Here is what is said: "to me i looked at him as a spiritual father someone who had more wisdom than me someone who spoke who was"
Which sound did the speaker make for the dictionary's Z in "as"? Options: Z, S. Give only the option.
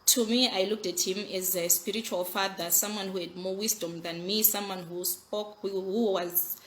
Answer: Z